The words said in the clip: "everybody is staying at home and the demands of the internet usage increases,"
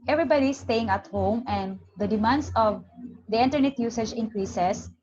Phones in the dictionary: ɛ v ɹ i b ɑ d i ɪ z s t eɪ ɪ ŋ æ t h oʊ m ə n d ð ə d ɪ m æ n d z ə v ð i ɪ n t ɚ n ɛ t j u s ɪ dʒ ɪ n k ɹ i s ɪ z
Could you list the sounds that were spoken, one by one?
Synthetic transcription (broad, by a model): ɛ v ɹ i b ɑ d i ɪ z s t eɪ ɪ ŋ æ t h oʊ m ə n d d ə d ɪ m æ n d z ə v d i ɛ n t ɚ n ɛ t j u s ɪ dʒ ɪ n k ɹ i s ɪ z